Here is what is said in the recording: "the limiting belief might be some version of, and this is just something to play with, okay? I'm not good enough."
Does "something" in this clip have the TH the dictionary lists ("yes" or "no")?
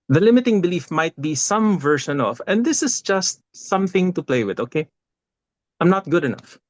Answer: yes